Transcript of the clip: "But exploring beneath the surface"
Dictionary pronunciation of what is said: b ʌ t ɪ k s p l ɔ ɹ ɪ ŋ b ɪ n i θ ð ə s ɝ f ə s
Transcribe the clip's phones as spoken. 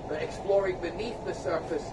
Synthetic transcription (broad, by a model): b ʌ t ɪ k s p l ɔ ɹ ɪ ŋ b ɪ n i θ ð ə s ɝ f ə s